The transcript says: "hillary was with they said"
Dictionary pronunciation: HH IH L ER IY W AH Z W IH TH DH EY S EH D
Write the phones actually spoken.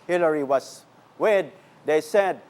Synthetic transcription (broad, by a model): HH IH L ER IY W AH S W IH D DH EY S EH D